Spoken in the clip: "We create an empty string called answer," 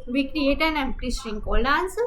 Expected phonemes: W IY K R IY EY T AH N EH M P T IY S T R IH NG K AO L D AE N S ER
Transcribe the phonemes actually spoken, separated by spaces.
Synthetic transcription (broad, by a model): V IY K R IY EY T AH N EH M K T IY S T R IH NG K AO L AA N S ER